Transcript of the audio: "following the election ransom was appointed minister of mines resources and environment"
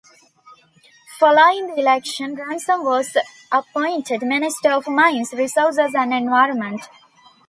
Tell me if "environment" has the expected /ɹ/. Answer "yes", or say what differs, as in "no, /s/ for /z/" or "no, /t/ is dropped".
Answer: yes